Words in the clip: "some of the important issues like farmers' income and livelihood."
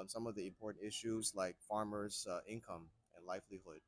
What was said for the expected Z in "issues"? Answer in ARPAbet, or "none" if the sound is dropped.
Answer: Z